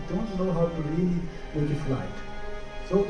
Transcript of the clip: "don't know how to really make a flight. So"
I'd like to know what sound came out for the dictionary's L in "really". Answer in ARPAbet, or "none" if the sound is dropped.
W